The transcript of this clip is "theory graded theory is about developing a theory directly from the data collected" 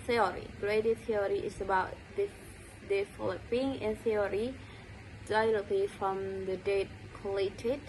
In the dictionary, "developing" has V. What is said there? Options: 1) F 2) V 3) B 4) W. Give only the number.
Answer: 1